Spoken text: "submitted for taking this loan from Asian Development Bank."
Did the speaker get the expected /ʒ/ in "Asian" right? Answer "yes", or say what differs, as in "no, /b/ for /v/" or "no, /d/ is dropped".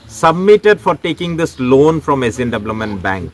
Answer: no, /z/ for /ʒ/